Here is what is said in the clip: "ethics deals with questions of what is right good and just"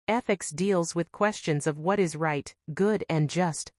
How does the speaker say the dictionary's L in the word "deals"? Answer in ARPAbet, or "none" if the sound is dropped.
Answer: L